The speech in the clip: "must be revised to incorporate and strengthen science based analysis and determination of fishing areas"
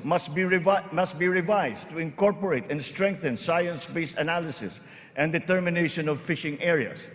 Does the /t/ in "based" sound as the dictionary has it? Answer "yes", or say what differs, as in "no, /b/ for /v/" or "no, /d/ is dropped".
no, /t/ is dropped